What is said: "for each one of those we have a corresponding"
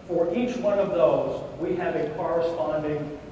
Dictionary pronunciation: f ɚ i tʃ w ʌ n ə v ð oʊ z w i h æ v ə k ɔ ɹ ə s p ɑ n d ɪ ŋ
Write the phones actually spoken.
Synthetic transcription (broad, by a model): f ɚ i tʃ w ʌ n ə v ð oʊ z w i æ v ə k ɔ ɹ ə s p ɑ n d ɪ ŋ